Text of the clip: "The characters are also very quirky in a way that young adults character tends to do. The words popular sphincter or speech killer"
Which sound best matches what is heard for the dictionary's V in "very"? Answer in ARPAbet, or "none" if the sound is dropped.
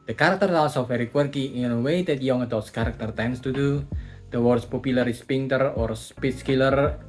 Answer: F